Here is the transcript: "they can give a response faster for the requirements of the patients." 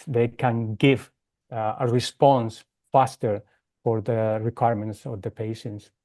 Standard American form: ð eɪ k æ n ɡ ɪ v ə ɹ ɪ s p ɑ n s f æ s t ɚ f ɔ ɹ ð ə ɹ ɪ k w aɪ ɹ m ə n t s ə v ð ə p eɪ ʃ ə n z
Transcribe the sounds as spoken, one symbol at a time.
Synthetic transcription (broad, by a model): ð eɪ k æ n ɡ ɪ v ə ɹ ɪ s p ɑ n s f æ s t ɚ f ɔ ɹ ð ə ɹ ɪ k w aɪ ɹ m ə n t s ə v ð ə p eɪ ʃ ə n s